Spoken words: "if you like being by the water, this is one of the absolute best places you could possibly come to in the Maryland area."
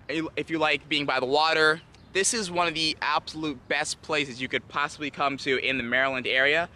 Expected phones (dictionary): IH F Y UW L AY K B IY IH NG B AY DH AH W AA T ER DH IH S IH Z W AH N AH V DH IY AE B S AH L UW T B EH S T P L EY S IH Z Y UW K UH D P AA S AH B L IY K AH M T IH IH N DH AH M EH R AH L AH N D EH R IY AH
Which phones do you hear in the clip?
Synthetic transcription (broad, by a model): IH F Y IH L AY K B IY IH NG B AY DH AH W AA T ER DH IH S IH Z W AH N AH V DH IY AE B S AH L UW T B EH S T P L EY S IH Z Y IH K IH D P AA S AH B L IY K AH M T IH IH N DH AH M EH R AH L AH N D EH R IY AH